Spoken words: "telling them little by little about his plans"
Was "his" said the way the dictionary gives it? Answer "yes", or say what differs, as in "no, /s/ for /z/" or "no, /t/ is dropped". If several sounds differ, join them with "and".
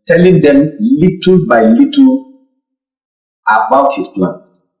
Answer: no, /s/ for /z/